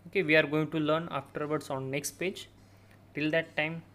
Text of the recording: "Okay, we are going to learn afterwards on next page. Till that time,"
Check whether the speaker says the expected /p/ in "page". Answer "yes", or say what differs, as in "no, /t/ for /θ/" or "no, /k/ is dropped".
yes